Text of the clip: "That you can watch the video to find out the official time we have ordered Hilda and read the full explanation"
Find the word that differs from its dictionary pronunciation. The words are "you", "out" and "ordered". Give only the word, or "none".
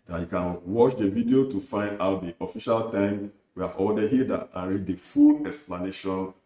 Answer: ordered